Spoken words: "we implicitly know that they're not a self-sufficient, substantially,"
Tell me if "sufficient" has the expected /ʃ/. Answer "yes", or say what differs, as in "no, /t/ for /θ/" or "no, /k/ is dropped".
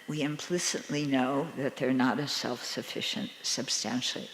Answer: yes